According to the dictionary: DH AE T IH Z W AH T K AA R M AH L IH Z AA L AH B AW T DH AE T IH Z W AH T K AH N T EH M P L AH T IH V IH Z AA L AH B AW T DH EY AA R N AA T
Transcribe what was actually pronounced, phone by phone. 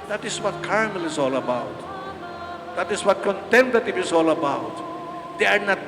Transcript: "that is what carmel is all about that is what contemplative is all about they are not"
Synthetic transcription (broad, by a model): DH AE T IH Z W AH T K AA R M AH L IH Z AA L AH B AW T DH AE T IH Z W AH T K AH N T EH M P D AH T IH P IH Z AA L AH B AW T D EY AA R N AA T